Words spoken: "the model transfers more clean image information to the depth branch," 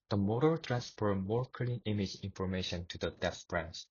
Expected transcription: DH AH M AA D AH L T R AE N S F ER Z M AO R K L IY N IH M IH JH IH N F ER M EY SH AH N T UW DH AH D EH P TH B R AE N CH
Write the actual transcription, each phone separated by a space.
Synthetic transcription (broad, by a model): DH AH M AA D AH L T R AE N S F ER M AO R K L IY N IH M IH JH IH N F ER M EY SH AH N T UW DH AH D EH TH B R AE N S